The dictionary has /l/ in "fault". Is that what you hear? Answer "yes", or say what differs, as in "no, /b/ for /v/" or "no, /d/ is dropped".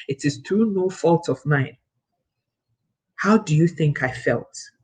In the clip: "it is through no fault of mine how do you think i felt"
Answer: yes